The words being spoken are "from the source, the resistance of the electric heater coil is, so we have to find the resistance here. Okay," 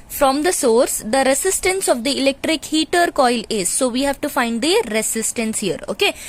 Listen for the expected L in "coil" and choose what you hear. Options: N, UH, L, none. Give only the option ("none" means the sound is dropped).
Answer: L